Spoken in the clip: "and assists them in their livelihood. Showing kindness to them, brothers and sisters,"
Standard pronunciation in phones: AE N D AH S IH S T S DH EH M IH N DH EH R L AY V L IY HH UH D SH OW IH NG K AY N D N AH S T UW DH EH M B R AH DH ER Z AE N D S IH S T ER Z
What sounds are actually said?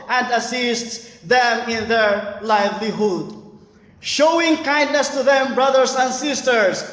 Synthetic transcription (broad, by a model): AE N D AH S IH S T S DH EH M IH N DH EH R L AY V L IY HH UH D SH OW IH NG K AY N D N AH S T UW DH EH M B R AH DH ER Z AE N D S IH S T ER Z